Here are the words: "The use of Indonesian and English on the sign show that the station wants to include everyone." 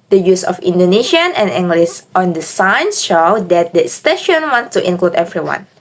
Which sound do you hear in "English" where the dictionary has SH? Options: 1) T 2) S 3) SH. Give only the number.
2